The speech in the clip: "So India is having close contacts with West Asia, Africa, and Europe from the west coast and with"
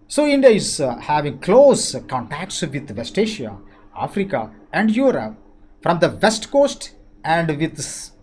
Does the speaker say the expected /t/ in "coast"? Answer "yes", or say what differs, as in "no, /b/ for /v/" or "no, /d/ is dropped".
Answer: yes